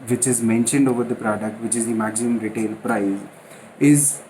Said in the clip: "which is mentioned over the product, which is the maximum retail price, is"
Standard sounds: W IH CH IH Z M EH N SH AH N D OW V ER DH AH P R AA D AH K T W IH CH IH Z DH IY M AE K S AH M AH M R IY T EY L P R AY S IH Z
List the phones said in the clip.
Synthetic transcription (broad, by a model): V IH CH IH Z M EH N SH AH N D OW V ER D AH P R AA D AH K T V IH CH IH Z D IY M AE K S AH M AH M R IY T EY L P R AY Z IH Z